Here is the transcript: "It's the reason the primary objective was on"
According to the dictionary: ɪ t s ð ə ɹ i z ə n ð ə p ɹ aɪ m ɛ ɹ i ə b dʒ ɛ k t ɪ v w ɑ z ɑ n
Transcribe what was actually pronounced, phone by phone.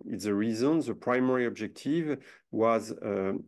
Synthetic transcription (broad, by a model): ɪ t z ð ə ɹ i z ə n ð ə p ɹ aɪ m ɛ ɹ i ə b dʒ ɛ k t ɪ v w ɑ z